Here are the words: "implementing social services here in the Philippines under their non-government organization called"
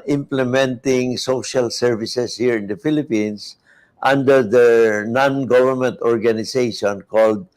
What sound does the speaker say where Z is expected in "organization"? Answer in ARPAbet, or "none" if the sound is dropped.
S